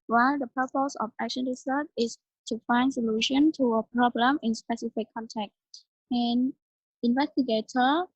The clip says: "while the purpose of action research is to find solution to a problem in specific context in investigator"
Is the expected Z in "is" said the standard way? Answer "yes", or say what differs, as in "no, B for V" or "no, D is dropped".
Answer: no, S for Z